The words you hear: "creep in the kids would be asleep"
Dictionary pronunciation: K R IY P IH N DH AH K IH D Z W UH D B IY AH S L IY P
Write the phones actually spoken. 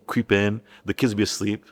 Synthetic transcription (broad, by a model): K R IY P IH N DH AH K IH D Z B IY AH S L IY P